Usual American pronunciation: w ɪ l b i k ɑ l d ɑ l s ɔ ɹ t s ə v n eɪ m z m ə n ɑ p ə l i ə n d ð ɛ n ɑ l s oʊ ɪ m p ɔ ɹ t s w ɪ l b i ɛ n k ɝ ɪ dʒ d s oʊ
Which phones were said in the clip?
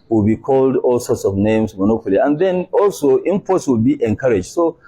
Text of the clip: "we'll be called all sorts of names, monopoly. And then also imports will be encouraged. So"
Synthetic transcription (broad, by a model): w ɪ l b i k ɑ l d ɑ l s ɔ t s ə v n eɪ m s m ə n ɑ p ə l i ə n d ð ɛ n ɑ l s oʊ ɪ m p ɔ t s w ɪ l b i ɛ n k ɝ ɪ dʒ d s oʊ